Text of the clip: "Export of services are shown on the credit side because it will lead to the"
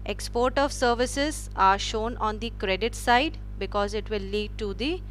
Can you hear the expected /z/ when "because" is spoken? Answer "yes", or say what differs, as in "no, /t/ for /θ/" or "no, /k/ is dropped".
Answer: yes